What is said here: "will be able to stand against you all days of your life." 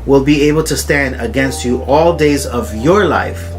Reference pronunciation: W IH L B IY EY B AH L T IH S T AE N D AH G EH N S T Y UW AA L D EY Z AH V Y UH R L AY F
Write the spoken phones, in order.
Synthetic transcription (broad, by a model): W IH L B IY EY B AH L T IH S T AE N D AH G EH N S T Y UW AA L D EY Z AH V Y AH R L AY F